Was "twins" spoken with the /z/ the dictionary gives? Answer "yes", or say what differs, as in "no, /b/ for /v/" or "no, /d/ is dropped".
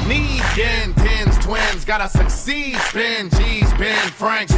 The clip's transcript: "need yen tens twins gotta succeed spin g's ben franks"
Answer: yes